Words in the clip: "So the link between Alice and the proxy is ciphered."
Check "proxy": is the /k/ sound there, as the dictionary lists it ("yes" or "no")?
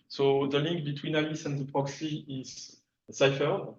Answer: yes